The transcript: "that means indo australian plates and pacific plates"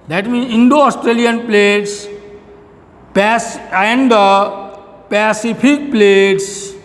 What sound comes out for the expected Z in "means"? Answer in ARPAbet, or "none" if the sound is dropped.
none